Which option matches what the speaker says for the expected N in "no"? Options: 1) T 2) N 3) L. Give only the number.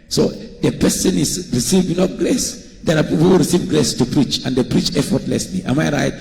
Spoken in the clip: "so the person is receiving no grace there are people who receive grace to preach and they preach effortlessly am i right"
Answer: 3